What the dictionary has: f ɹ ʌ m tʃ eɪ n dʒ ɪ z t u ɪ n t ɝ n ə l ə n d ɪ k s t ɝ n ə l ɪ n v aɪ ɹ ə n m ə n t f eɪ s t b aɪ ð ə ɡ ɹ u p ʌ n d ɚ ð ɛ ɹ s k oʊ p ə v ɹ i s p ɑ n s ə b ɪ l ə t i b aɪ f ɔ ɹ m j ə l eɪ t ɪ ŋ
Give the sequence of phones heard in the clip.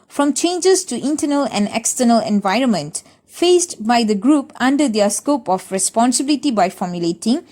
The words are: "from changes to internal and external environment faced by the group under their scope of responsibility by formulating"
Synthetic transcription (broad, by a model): f ɹ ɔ m tʃ eɪ n dʒ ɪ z t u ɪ n t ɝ n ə l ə n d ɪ k s t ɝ n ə l ɪ n v aɪ ɹ ə n m ə n t f eɪ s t b aɪ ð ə ɡ ɹ u p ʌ n d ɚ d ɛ s k oʊ p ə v ɹ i s p ɑ n s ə b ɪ l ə t i b aɪ f ɔ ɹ m j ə l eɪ t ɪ ŋ